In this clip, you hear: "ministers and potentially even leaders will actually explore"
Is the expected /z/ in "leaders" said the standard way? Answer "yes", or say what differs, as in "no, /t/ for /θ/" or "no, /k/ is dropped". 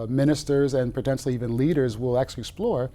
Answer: yes